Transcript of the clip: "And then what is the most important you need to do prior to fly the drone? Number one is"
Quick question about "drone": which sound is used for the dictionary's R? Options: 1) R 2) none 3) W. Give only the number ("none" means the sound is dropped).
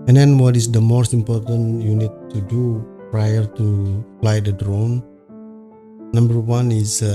1